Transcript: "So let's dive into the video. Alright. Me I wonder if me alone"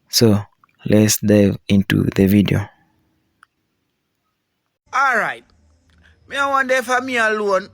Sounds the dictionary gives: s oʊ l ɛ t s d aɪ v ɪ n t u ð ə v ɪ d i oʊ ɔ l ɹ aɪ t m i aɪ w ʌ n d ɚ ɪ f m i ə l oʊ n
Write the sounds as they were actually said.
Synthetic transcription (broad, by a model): s oʊ l ɛ t s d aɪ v ɪ n t u ð ə v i d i oʊ ɔ l ɹ aɪ t m i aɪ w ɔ n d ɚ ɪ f m i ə l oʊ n